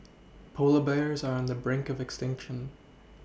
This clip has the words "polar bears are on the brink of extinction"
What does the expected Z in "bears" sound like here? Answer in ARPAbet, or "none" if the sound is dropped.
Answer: Z